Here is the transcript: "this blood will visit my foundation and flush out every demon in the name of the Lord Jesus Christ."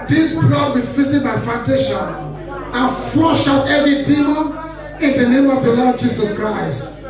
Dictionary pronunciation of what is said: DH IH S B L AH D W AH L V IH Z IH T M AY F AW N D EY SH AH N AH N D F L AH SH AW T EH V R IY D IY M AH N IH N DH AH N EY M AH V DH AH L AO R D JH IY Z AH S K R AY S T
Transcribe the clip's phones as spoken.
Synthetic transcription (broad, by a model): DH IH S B L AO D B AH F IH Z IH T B AY F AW N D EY SH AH N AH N F AO SH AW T EH V R IY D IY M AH IH N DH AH N EY M AH V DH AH L AO D JH IY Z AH S K R AY S T